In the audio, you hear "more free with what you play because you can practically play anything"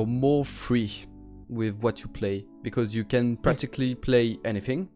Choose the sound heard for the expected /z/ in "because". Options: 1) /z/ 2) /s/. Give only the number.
1